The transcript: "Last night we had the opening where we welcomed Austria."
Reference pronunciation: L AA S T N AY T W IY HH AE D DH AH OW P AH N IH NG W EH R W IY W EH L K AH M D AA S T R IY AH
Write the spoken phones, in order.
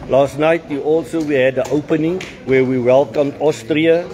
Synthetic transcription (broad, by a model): L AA S T N AY T W IY HH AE D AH OW P AH N IH NG W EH W IY W EH L K AH M D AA S T R IY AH